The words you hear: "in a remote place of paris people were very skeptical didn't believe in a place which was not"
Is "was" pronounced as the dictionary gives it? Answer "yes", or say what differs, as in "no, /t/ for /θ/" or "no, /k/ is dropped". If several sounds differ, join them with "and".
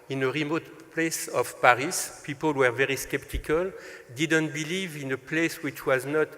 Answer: yes